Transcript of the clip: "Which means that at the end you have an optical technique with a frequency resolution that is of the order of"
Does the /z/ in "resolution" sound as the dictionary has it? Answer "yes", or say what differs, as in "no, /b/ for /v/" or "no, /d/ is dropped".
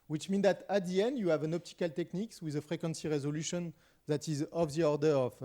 yes